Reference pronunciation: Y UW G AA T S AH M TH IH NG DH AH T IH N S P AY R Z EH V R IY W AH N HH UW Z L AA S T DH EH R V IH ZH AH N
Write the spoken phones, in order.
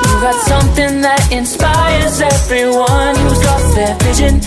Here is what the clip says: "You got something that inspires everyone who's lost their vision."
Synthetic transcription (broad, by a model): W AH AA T S AH M TH IH NG DH AH T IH N S P AY R Z EH V R IY W AH N HH UW Z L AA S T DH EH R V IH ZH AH N